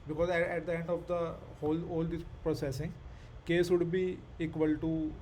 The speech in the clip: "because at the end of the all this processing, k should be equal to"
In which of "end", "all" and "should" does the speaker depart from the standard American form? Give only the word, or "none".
should